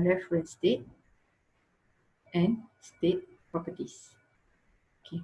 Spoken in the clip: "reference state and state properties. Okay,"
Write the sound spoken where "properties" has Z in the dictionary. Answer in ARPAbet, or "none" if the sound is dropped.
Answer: S